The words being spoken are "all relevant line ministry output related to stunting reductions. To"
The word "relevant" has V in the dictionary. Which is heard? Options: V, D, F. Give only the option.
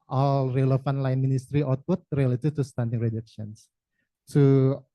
F